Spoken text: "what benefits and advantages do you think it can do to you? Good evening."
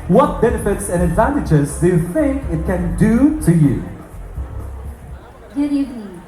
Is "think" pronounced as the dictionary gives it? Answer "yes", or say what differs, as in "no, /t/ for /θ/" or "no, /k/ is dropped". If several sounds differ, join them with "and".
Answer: yes